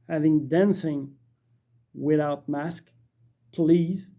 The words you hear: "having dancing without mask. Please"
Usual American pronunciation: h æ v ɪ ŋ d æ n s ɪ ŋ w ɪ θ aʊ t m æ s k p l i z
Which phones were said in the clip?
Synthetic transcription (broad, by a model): h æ v ɪ ŋ d æ n s ɪ ŋ w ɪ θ aʊ t m æ s k p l i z